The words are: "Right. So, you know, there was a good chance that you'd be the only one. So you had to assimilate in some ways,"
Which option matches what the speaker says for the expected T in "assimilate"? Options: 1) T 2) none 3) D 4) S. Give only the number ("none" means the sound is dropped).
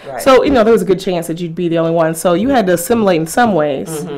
2